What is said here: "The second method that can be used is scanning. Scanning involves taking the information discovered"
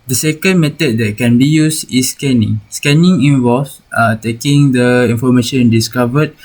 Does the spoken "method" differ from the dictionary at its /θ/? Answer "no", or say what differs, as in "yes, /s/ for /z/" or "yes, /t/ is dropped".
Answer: yes, /t/ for /θ/